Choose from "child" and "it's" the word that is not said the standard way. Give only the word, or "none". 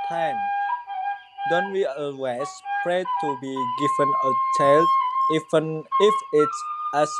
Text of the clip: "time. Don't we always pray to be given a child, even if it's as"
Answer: child